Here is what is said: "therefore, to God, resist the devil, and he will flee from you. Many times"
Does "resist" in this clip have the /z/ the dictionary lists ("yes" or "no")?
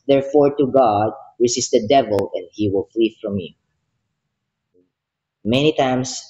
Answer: no